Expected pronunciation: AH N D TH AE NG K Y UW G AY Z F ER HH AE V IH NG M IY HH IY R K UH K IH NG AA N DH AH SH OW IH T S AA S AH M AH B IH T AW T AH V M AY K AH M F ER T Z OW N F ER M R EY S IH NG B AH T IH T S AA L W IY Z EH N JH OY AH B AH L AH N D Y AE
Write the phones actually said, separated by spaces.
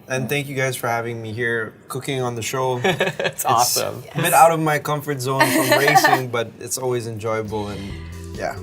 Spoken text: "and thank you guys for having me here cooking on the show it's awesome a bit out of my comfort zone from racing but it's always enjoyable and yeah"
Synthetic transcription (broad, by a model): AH N TH AE NG K Y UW G AY Z F ER HH AE V IH NG M IY HH IY R K UH K IH NG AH N DH AH SH OW IH T S AA S AH M AH B IH T AW T AH V M AY K AH M F ER T Z OW N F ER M R EY S IH NG B AH T IH T S AA L W IY Z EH N JH OY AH B L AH N Y AE